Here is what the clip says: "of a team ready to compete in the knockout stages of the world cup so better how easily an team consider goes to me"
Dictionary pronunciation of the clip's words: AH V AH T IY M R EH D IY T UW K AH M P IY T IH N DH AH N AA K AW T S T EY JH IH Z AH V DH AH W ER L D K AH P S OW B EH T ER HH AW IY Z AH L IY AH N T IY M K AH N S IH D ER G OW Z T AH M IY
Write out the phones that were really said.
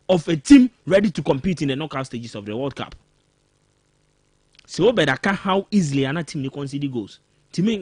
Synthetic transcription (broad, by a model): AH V AH T IY M R EH D IY T UW K AH M P IY T IH N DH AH N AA K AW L S T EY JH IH S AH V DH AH W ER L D K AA P S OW B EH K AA HH AW IY Z AH L IY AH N T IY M K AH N S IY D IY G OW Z T AH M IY